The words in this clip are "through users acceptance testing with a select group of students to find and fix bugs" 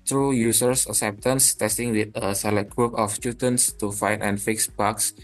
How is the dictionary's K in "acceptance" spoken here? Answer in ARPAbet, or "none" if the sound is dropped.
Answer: none